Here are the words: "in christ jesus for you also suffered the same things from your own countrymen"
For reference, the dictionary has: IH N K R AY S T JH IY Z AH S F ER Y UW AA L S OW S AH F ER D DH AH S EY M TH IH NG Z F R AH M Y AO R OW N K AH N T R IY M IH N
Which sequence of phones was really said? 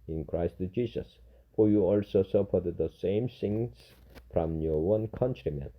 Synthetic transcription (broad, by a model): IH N K R AY S T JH IY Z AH S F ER Y UW AA L S OW S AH P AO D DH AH S EY M S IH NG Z F R AH M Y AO W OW N K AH N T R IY M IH N